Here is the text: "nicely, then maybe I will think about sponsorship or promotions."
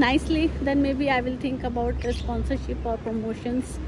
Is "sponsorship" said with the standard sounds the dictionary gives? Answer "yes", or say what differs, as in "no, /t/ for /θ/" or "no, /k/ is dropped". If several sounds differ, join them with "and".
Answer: yes